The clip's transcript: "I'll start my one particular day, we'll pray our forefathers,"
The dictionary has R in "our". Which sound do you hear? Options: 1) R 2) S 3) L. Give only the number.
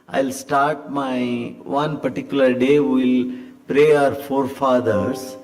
1